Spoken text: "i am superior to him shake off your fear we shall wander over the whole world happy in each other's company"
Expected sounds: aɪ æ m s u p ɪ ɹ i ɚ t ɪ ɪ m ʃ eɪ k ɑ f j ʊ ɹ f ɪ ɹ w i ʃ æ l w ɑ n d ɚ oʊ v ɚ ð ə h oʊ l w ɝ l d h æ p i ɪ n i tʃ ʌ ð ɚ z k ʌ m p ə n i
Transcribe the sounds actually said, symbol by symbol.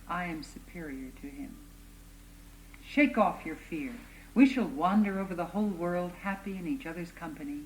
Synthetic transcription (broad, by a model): aɪ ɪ m s u p ɪ ɹ i ɚ t ɪ ɪ m ʃ eɪ k ɑ f j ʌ ɹ f ɪ ɹ w i ʃ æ l w ɑ n d ɚ oʊ v ɚ ð ə h oʊ l w ɝ l d h æ p i ɪ n i tʃ ʌ ð ɚ z k ʌ m p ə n i